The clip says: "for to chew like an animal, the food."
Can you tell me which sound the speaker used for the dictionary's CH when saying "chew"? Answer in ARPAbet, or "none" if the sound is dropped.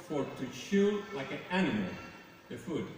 SH